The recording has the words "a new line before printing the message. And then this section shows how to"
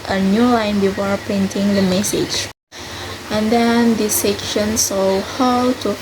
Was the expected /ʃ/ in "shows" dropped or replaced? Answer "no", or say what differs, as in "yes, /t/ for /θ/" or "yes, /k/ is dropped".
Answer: yes, /s/ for /ʃ/